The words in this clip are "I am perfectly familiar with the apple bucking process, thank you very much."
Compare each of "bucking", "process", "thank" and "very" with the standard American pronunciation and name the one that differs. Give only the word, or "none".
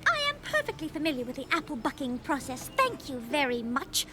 none